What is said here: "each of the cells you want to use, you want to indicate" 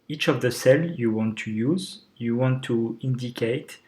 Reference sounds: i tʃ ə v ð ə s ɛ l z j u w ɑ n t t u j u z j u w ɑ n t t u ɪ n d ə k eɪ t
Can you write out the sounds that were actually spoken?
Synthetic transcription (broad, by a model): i tʃ ə v ð ə s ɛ l j u w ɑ n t t u j u z j u w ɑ n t t u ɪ n d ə k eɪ t